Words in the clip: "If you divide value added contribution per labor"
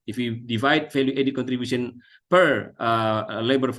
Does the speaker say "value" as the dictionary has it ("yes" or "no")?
no